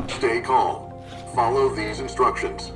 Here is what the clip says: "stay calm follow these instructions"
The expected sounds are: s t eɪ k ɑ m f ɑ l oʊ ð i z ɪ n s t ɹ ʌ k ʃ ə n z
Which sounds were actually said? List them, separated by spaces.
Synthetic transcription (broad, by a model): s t eɪ k ɑ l f ɑ l oʊ ð i z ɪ n s t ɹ ʌ k ʃ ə n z